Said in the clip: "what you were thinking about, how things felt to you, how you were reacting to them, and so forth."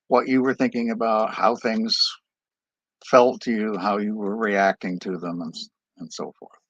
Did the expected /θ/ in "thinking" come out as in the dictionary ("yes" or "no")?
yes